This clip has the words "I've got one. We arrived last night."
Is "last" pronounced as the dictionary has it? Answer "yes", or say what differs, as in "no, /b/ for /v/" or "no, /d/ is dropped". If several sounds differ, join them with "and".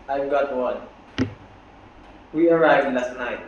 yes